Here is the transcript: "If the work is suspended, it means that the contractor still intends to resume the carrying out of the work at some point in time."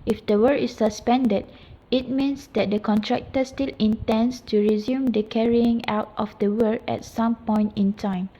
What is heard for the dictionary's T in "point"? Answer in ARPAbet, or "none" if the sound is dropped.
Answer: T